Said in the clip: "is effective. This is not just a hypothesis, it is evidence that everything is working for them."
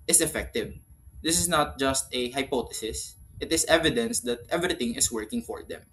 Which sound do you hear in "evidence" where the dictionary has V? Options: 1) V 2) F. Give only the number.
1